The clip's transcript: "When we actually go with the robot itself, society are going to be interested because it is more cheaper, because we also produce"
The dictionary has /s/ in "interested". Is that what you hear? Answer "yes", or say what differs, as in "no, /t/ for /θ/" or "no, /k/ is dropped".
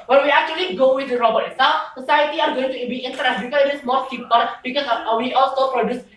no, /s/ is dropped